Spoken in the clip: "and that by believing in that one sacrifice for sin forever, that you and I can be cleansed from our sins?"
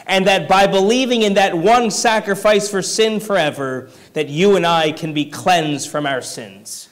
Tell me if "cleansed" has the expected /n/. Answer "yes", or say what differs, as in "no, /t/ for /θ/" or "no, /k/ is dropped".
yes